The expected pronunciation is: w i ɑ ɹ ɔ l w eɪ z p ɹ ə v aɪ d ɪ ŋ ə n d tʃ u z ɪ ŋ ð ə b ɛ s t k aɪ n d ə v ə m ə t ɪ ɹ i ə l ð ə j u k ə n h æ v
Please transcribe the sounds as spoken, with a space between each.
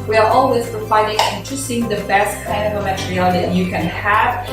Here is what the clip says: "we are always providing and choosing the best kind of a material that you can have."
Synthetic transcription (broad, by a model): w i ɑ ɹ ɔ l w eɪ z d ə f aɪ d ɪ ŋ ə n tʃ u s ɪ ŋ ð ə b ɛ s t k aɪ n d ə v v m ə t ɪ ɹ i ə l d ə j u k ə n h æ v